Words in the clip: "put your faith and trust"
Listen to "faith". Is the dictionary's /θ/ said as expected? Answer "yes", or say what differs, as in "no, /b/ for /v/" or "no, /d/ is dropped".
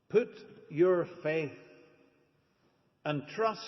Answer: yes